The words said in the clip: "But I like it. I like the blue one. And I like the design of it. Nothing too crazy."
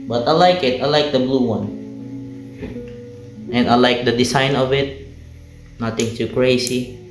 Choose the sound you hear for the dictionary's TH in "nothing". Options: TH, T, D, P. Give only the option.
T